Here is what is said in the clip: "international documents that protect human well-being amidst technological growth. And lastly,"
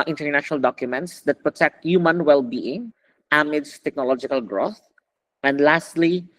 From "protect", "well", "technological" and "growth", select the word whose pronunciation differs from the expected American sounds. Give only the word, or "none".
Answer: none